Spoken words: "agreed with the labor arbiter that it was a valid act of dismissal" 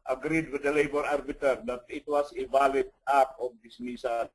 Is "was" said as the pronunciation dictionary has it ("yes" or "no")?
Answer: no